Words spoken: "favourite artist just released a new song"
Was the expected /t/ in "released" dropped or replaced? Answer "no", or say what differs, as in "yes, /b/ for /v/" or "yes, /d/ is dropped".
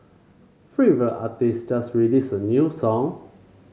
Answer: yes, /t/ is dropped